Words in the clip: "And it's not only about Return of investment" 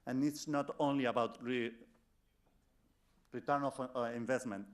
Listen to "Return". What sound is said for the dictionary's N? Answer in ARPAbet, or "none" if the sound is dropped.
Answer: N